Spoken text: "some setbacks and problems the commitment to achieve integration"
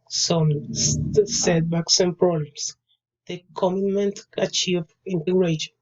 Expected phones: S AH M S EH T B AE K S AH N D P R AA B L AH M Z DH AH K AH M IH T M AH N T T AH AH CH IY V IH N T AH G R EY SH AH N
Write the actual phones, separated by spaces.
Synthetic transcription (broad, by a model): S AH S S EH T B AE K S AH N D P R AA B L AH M S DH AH K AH M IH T M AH N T T AH CH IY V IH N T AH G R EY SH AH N